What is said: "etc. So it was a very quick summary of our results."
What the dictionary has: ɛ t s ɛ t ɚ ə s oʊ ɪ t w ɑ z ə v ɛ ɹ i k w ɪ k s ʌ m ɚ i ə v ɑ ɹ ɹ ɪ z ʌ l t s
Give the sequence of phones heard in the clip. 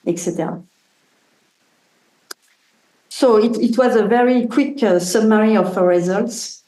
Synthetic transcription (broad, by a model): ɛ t s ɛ t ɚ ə s oʊ ɪ t w ɑ z ə v ɛ ɹ i k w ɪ k s ʌ m ɚ i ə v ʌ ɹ ɹ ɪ z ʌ l t s